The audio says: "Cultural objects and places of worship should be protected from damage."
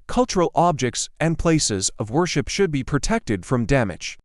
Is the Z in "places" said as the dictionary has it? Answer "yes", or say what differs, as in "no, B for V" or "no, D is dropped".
yes